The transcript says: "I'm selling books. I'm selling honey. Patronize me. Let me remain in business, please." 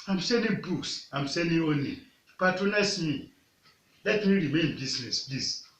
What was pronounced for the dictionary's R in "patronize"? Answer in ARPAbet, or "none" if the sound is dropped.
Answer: none